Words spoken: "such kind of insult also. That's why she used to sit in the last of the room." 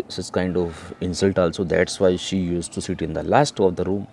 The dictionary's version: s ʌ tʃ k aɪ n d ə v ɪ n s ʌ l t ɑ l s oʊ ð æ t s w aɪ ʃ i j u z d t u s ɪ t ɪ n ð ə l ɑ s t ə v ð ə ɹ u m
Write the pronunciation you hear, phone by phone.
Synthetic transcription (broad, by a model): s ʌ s k aɪ n d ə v ɪ n s ʌ l t ɑ l s oʊ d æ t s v aɪ ʃ i j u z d t u s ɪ t ɪ n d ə l ɑ s t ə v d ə ɹ u m